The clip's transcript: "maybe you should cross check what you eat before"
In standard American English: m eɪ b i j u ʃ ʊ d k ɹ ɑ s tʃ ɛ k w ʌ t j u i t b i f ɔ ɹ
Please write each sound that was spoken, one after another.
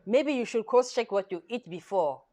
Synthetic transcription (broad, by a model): m eɪ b i j u ʃ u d k ɑ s tʃ ɛ k w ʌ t j u i t b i f ɔ